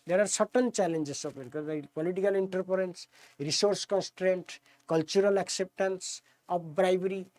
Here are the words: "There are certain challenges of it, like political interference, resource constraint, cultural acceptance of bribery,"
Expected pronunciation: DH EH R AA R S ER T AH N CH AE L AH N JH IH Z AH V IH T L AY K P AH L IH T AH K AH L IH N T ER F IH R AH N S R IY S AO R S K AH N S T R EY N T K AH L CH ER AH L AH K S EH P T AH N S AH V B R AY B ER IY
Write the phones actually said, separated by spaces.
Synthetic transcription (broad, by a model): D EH R AA R S ER T AH N CH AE L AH N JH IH S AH P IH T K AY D P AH L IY T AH K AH L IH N T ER P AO R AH N S R IY S AO R S K AH N S T R EY N T K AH L CH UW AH L AH K S EH P T AH N S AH P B R AY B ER IY